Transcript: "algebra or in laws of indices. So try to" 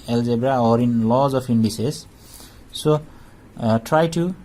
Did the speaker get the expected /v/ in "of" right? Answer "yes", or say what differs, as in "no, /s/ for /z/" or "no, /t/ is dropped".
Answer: no, /p/ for /v/